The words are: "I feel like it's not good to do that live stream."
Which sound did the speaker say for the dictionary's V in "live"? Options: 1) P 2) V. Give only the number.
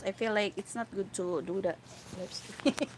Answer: 1